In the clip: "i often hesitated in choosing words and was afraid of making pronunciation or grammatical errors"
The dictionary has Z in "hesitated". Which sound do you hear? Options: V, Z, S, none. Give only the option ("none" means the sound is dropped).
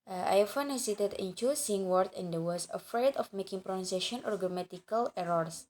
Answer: S